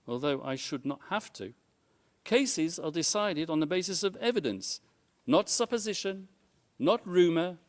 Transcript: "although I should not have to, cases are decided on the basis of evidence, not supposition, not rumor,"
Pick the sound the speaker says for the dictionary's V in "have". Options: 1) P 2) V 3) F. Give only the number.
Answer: 3